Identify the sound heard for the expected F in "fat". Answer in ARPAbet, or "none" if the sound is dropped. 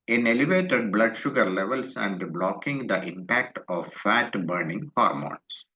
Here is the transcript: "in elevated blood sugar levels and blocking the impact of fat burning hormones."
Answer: F